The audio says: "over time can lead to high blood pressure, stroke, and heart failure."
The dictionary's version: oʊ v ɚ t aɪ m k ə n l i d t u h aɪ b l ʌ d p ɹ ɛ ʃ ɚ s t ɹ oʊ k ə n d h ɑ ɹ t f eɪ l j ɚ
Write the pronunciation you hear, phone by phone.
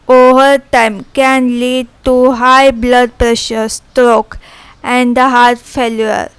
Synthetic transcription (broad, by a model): oʊ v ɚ t aɪ m k ə n l i d t u h aɪ b l ʌ d p ɹ ɛ ʃ ɚ s t ɹ oʊ k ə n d h ɑ ɹ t f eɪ l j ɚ